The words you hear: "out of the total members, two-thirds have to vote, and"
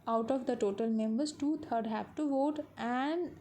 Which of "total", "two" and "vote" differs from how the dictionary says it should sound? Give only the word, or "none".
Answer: none